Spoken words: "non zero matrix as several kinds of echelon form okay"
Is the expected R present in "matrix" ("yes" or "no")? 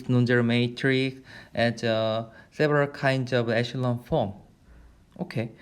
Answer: yes